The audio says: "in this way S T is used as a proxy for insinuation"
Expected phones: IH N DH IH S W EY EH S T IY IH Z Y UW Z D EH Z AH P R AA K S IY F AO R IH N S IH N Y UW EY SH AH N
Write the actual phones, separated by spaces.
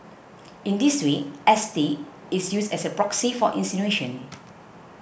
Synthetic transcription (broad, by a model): IH N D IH S W EY EH S T IY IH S Y UW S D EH S AH P R AA K S IY F AO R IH N S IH N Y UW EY SH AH N